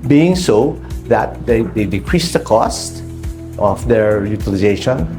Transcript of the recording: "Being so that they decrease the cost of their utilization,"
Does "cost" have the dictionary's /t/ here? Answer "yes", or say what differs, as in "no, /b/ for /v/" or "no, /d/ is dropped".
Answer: yes